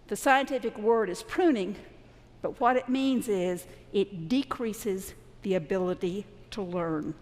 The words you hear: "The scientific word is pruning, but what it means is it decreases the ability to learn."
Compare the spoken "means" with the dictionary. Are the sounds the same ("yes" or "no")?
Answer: yes